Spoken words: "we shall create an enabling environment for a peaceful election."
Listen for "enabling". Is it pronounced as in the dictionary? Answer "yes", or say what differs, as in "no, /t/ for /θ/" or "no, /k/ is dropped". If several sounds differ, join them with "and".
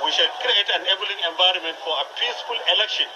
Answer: no, /b/ is dropped